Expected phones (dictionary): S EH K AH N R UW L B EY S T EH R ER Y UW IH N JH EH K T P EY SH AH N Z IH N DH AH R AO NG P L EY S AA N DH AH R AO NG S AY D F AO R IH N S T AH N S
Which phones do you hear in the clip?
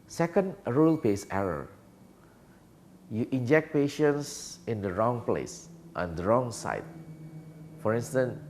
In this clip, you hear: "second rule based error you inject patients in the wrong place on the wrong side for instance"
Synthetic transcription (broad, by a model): S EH K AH N R UW L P EY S EH R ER Y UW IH N JH EH K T P EY SH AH N S IH N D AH R AO NG P L EY S AA N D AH R AO NG S AY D F AO R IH N S T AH N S